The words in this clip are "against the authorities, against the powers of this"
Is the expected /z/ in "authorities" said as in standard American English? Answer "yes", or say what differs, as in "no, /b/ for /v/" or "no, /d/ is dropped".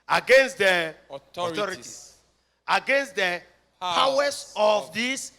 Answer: no, /z/ is dropped